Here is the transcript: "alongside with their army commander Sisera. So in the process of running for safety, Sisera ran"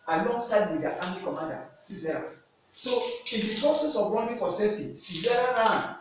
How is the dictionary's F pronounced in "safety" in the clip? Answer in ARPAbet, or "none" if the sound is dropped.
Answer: none